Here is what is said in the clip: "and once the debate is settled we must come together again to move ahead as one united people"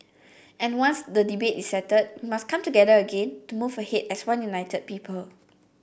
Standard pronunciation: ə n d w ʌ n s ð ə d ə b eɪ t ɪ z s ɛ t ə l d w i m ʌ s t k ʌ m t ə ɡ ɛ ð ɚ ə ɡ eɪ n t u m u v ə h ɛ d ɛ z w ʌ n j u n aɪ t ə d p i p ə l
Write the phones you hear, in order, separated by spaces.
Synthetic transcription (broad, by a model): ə n w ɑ n s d ə d ə b eɪ t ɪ s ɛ t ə d w i m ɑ s k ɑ m t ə ɡ ɛ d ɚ ə ɡ eɪ n t u m u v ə h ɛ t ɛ s w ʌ n j u n aɪ t ə d p i p ə l